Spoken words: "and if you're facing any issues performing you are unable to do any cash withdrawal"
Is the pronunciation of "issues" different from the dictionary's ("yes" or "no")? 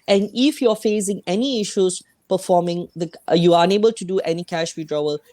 yes